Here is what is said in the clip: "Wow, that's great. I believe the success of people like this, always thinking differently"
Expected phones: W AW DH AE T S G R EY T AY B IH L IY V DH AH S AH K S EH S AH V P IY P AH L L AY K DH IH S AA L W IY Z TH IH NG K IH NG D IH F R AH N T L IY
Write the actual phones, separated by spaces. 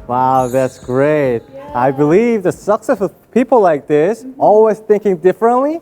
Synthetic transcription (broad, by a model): W AW DH AE T S G R EY T AY B IH L IY V DH AH S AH K S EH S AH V P IY P L L AY K DH IH S AA L W IY Z TH IH NG K IH NG D IH F R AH N T L IY